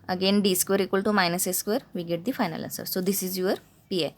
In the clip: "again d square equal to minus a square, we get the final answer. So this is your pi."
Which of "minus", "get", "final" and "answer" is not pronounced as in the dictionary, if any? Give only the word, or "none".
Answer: answer